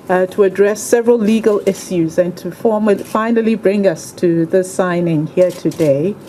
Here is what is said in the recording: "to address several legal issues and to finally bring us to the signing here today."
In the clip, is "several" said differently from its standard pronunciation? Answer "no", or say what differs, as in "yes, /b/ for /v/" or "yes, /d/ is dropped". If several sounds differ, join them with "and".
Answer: no